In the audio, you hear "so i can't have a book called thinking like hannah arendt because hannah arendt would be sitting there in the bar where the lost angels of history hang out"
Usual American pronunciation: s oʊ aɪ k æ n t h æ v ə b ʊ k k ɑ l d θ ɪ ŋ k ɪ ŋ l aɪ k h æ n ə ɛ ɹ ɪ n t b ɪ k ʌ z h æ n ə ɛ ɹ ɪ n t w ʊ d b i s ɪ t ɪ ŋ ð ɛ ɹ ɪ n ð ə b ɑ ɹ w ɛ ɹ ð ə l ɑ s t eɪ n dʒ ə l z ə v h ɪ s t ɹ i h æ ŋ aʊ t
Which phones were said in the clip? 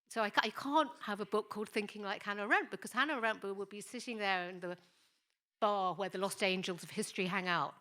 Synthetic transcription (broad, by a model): s oʊ aɪ k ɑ n t h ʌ v ə b ʊ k k ɑ l d θ ɪ ŋ k ɪ ŋ l aɪ k h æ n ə ɹ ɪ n b ɪ k ʌ z h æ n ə ɹ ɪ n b w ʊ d b i s ɪ t ɪ ŋ ð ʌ ɹ ɪ n ð ə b ɑ w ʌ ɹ ð ə l ɑ s t eɪ n dʒ ə l z ə v h ɪ s t ɹ i h æ ŋ aʊ t